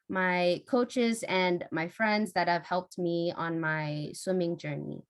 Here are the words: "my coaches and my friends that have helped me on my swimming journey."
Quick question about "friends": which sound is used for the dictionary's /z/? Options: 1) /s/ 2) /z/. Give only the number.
2